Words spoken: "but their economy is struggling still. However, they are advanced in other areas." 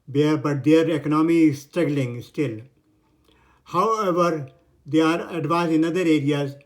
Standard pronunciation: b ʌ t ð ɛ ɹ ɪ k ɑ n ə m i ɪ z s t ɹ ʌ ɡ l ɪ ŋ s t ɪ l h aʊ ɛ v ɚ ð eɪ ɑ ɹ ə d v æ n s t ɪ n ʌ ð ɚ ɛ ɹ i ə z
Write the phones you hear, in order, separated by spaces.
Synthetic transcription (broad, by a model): b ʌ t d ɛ ɹ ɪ k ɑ n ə m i s t ɹ ʌ ɡ l ɪ ŋ s t ɪ l h aʊ ɛ v ɚ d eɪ ɑ ɹ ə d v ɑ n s ɪ n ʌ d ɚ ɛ ɹ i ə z